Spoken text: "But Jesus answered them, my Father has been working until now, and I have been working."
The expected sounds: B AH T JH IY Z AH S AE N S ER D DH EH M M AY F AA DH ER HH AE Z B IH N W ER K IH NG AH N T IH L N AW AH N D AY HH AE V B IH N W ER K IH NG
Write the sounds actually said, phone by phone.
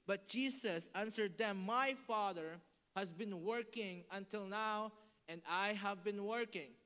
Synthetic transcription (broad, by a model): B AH T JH IY S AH S AE N S ER D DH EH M M AY F AA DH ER HH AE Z B IH N W ER K IH NG AH N T IH L N AW AH N D AY HH AE V B IH N W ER K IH NG